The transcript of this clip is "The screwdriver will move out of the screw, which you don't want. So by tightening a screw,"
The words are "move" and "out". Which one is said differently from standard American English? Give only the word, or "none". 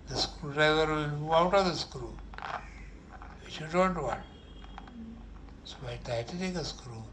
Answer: move